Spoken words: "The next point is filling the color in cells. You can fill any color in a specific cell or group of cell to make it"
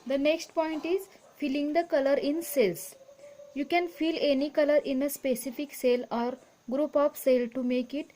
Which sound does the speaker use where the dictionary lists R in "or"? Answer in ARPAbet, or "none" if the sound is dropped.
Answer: R